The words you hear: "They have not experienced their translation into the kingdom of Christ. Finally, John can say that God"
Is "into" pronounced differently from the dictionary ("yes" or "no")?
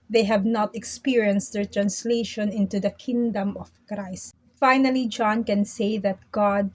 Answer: no